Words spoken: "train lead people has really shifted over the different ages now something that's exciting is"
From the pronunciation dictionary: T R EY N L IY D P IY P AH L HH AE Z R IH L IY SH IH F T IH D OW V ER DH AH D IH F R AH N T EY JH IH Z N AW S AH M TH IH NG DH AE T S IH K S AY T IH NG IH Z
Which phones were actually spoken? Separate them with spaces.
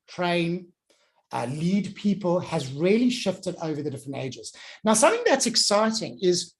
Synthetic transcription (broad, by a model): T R EY N L IY D P IY P AH L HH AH Z R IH L IY SH IH F T IH D OW V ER DH AH D IH F R AH N T EY JH IH Z N AW S AH M TH IH NG DH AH T S IH K S AY T IH NG IH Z